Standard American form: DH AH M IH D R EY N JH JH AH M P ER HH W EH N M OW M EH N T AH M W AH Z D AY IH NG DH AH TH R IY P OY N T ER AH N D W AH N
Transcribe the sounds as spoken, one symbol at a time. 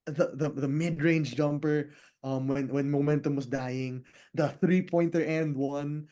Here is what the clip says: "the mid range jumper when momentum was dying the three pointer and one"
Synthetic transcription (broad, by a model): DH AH M IH D R EY N JH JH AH M P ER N W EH N M OW M EH N T AH M W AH S D AY IH NG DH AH TH R IY P OY N T ER AH N D W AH N